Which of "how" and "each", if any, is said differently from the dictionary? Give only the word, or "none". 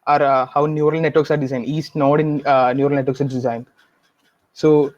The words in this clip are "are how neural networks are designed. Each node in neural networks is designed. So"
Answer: each